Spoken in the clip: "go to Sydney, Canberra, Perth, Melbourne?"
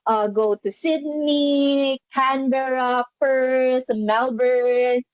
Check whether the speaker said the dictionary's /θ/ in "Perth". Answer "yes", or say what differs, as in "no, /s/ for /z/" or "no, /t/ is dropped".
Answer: no, /s/ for /θ/